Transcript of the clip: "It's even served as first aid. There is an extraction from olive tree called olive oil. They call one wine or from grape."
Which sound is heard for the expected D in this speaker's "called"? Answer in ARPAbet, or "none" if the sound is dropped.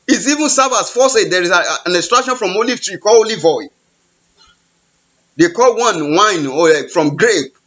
none